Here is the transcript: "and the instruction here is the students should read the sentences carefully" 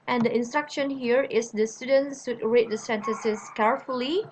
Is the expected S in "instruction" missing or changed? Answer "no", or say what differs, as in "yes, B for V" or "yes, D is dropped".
no